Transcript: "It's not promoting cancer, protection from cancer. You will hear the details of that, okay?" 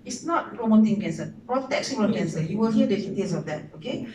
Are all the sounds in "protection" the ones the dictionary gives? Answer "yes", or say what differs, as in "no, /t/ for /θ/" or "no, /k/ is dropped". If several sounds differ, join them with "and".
no, /s/ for /ʃ/